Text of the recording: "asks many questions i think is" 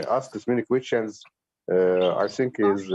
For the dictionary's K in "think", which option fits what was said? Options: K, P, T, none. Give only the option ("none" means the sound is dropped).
K